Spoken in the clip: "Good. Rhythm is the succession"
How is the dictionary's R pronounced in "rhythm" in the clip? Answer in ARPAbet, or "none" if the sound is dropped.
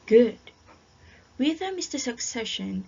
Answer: W